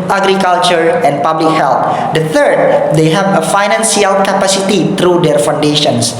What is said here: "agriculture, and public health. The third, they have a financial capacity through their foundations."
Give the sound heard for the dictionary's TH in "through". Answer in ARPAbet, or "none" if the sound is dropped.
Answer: T